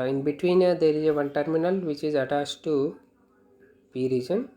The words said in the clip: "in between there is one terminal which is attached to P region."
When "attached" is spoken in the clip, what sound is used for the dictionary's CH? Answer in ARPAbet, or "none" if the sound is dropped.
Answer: S